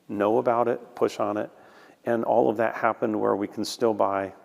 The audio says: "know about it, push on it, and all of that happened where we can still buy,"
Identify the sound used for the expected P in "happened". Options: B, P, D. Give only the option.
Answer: P